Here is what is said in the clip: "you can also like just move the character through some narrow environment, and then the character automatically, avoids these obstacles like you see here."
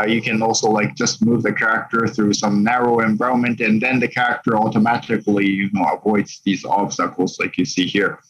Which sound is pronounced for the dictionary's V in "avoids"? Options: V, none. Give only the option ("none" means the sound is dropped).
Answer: V